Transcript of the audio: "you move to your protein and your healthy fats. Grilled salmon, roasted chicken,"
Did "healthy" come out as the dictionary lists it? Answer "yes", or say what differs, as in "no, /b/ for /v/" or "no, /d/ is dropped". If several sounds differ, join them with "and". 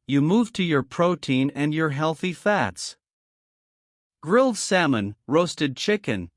yes